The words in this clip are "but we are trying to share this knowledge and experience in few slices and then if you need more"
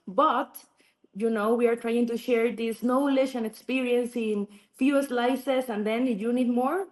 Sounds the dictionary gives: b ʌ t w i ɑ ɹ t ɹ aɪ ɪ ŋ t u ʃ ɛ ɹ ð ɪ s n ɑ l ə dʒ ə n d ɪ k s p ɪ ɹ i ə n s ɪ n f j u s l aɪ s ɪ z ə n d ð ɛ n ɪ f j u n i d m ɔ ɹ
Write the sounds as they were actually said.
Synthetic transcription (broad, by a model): b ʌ t w i ɑ ɹ t ɹ aɪ ɪ ŋ t u ʃ ɛ ɹ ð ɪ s n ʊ l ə ʃ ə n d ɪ k s p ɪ ɹ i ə n s ɪ n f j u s l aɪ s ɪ s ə n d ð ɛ n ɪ j u n i d m ɔ ɹ